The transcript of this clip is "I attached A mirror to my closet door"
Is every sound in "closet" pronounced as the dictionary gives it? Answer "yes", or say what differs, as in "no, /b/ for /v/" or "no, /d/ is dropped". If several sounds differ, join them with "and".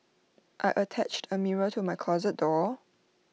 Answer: yes